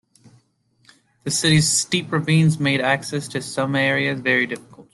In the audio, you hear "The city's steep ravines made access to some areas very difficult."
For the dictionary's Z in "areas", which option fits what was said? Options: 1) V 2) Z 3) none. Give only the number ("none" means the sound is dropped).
2